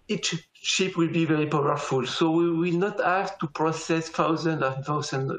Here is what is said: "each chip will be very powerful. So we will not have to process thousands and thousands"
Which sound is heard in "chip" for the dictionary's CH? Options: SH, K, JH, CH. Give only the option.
SH